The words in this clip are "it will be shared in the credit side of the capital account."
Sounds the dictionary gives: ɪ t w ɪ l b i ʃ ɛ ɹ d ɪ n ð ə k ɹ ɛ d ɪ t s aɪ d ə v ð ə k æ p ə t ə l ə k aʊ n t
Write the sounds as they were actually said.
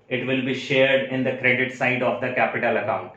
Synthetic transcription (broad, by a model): ɪ t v ɪ l b i ʃ ɛ ɹ d ɪ n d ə k ɹ ɛ d ɪ t s aɪ d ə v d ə k æ p ə t ə l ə k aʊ n t